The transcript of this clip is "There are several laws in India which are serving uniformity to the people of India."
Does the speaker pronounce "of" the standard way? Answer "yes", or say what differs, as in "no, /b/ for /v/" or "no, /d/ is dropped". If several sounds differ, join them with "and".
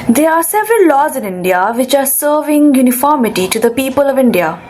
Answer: yes